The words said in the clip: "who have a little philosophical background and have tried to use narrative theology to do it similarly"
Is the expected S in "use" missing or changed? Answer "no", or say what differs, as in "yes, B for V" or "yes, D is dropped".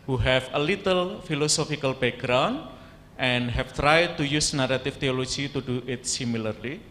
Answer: no